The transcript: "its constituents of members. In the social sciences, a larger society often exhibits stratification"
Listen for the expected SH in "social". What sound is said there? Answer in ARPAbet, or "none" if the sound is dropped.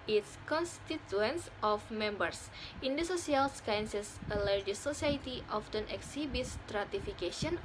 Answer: S